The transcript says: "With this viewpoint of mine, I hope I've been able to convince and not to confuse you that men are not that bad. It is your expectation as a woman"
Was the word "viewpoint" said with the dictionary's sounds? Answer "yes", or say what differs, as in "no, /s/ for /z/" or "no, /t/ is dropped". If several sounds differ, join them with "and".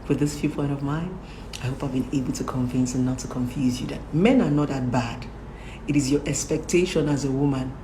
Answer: no, /f/ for /v/